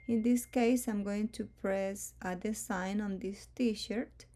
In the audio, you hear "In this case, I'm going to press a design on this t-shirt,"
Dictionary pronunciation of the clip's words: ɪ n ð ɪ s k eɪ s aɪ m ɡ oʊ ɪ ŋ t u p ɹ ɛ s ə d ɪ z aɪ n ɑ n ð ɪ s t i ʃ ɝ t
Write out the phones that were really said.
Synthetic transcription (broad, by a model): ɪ n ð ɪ s k eɪ s aɪ m ɡ oʊ ɪ ŋ t u p ɹ ɛ s ə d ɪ s aɪ n ɑ n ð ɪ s t i ʃ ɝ t